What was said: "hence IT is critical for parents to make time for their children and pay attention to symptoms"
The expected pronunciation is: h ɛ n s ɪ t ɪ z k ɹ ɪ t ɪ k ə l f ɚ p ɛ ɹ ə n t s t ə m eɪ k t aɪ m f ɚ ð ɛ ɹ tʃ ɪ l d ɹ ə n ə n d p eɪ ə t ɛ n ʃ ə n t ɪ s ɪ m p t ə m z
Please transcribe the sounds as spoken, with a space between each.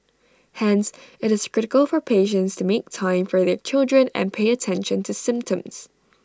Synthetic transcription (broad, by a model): h ɛ n s ɪ t ɪ z k ɹ ɪ t ɪ k ə l f ɚ p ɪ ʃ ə n t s t ə m eɪ k t aɪ m f ɚ ð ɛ ɹ tʃ ɪ l d ɹ ə n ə n p eɪ ə t ɛ n ʃ ə n t ɪ s ɪ m p t ə m z